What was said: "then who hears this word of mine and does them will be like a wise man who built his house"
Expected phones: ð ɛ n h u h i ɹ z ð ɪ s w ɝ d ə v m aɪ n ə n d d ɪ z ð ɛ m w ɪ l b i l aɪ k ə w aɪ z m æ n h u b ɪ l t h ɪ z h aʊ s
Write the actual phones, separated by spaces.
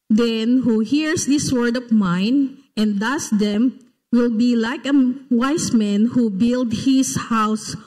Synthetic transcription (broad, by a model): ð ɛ n h u h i ɹ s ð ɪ s w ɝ d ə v m aɪ n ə n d d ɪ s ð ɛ m w ɪ l b i l aɪ k ə w aɪ s m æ n h u b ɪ l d h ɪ s h aʊ s